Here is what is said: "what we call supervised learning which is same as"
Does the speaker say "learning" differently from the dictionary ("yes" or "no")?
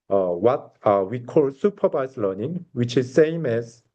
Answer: no